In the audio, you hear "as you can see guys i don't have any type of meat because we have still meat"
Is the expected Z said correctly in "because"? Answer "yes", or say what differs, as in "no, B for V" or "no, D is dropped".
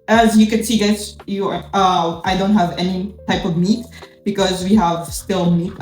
yes